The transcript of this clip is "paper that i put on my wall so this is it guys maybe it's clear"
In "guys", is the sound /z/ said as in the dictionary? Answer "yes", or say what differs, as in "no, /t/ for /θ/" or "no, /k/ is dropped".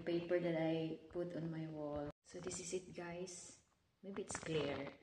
no, /s/ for /z/